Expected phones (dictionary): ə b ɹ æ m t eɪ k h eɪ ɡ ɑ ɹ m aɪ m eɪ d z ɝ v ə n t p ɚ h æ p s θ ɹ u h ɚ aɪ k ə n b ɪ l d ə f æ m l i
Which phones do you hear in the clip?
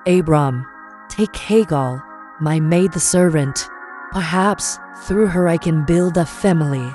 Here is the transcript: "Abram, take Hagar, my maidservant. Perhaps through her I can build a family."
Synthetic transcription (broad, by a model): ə b ɹ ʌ m t eɪ k h eɪ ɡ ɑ l m aɪ m eɪ d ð ɝ v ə n t p ɚ h æ p s θ ɹ u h ɚ aɪ k ə n b ɪ l d ə f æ m l i